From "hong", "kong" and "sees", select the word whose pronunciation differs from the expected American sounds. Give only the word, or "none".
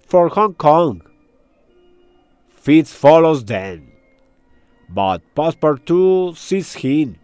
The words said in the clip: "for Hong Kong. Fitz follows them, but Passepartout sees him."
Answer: sees